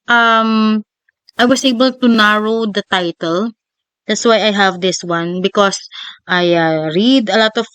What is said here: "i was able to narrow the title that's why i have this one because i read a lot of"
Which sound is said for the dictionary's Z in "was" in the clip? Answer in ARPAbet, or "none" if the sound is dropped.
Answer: S